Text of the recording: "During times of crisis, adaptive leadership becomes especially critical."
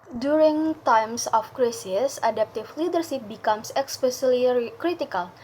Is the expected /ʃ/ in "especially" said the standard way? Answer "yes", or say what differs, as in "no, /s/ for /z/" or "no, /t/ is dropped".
no, /s/ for /ʃ/